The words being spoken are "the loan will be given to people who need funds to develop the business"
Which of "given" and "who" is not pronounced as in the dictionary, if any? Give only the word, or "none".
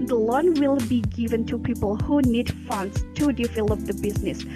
none